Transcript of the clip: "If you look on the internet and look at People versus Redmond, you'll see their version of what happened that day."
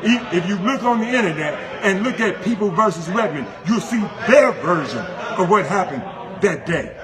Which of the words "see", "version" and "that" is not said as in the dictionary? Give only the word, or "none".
none